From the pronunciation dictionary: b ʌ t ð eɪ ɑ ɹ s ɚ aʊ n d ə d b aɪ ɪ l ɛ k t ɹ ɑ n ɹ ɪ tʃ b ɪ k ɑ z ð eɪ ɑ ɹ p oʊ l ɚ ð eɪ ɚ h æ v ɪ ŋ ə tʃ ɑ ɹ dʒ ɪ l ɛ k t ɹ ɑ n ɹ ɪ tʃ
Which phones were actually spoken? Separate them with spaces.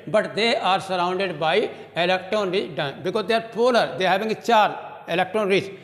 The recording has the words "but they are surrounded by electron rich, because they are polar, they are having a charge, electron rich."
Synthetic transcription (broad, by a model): b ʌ t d eɪ ɑ ɹ s ɚ aʊ n d ə d b aɪ ɪ l ɛ k t ɹ ɑ n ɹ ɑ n b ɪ k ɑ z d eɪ ɑ ɹ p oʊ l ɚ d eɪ h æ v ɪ ŋ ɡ tʃ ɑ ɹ ɪ l ɛ k t ɹ ɑ n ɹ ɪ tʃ